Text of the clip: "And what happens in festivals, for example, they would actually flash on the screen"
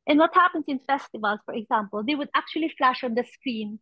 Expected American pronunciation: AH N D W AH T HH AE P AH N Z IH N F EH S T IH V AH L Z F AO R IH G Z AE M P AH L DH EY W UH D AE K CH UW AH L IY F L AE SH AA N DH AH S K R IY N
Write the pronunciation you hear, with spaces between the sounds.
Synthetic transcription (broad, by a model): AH N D W AH T HH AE P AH N S IH N F EH S T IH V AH L S F AO R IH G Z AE M P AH L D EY W UH D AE K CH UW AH L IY F L AE SH AA N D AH S K R IY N